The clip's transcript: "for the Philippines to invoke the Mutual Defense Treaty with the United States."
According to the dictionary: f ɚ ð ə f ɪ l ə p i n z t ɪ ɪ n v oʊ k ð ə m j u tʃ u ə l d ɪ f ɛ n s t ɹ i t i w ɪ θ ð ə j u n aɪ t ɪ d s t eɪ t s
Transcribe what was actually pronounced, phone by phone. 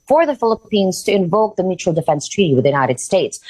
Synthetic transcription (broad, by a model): f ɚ ð ə f ɪ l ə p i n z t ɪ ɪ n v oʊ k ð ə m j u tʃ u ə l d ɪ f ɛ n s t ɹ i t i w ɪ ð j u n aɪ t ɪ d s t eɪ t s